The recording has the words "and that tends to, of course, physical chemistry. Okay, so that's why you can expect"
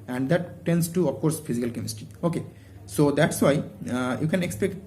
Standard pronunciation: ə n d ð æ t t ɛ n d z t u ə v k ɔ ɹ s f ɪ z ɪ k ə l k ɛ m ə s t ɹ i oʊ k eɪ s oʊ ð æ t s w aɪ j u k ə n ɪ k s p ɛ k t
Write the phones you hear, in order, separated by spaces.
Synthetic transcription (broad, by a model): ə n d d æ t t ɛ n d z t u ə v k ɔ ɹ s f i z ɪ k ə l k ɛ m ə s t i oʊ k eɪ s oʊ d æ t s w aɪ j u k ə n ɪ k s p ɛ k t